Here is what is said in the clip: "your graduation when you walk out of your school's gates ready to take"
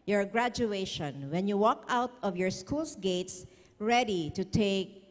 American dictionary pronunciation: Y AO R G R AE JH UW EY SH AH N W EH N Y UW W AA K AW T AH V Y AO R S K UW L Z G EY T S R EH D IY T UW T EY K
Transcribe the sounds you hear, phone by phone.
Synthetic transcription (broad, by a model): Y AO R G R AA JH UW EY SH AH N W EH N Y UW W AA K AW T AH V Y AO R S K UW L S G EY T S R EH D IY T UW T EY K